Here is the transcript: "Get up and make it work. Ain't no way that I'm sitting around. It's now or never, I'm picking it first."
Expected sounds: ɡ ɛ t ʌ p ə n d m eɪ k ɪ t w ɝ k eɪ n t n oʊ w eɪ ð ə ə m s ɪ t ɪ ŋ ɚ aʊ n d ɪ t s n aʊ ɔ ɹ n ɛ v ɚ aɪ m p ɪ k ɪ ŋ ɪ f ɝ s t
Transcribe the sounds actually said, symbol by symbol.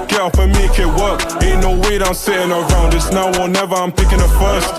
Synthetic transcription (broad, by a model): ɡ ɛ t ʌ f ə m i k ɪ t w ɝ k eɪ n n oʊ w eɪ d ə ə m s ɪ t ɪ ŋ ɚ aʊ n d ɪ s n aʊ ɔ l n ɛ v ɚ aɪ m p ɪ k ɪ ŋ ɪ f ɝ s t